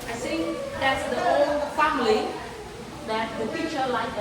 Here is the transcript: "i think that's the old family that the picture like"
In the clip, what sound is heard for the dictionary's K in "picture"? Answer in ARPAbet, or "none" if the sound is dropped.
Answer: none